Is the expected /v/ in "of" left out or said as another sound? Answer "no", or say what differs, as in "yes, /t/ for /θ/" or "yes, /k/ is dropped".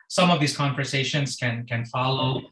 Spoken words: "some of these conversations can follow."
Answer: no